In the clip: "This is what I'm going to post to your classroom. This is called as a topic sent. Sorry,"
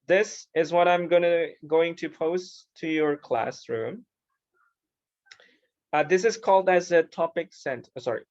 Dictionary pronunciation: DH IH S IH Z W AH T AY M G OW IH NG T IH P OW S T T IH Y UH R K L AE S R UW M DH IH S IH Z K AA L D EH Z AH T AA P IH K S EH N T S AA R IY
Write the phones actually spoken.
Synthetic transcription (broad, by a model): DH IH S IH Z W AH T AY M G OW IH NG T IH P OW S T T IH Y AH R K L AE S R UW M DH IH S IH Z K AA L D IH Z AH T AA P IH K S EH N T S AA R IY